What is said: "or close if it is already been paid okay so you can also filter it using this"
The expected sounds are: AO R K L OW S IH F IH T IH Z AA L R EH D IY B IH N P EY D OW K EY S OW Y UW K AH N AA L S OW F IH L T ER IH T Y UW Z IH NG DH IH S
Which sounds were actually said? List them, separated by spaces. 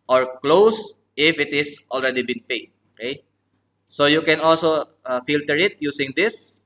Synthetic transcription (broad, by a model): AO R K L OW S IH F IH T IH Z AA L R EH D IY B IH N P EY D OW K EY S OW Y UW K AH N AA L S OW F IH L T ER IH T Y UW S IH NG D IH S